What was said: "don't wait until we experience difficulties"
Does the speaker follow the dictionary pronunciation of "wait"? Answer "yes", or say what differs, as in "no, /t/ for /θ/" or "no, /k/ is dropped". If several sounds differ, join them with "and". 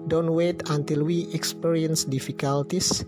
yes